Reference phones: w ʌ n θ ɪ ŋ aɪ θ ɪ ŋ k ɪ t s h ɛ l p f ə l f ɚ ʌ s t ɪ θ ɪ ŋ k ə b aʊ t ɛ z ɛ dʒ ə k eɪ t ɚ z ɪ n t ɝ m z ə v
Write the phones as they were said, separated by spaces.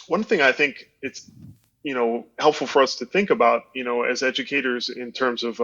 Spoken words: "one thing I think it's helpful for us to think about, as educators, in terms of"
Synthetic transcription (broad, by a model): w ʌ n θ ɪ ŋ aɪ θ ɪ ŋ k ɪ t s h ɛ l p f l f ɚ ʌ s t ɪ θ ɪ ŋ k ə b aʊ t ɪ z ɛ dʒ ə k eɪ t ɚ z ɪ n t ɝ m z ə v